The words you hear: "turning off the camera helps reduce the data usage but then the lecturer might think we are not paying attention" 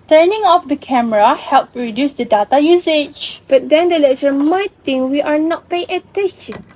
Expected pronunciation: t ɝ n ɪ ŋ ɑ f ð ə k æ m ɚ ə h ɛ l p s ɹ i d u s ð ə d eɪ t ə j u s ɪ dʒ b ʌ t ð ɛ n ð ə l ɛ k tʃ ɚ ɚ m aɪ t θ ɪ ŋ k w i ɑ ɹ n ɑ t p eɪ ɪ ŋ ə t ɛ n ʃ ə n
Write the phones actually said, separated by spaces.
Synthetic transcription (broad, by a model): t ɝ n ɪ ŋ ɑ f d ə k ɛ m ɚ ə h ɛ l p ɹ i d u s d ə d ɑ t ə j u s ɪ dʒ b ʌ t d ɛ n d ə l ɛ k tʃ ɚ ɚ m aɪ t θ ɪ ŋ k w i ɑ ɹ n ɑ t p eɪ ɪ ŋ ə t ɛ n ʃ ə n